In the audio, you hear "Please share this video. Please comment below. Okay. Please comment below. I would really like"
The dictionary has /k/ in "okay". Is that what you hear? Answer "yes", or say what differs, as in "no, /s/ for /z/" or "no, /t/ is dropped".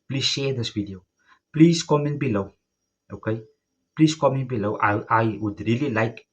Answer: yes